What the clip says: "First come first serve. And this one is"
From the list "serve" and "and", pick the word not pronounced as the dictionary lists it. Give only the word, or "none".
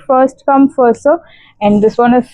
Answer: serve